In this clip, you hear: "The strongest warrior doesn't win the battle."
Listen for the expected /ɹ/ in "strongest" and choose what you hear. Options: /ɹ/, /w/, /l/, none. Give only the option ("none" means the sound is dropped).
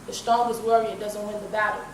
none